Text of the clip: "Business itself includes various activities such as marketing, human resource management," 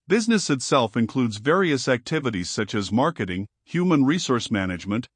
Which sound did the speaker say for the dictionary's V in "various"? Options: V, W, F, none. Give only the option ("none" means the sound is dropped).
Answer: V